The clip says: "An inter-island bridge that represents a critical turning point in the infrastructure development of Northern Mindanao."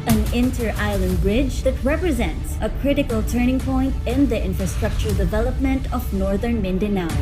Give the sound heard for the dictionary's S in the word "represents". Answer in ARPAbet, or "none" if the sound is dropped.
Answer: S